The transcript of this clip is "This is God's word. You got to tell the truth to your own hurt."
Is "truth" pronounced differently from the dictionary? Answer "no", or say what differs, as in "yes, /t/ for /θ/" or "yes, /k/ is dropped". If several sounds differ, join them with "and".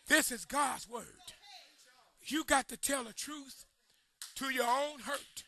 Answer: no